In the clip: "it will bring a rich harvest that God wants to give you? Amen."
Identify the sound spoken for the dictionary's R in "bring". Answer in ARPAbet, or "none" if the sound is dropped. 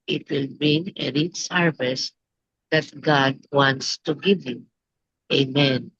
none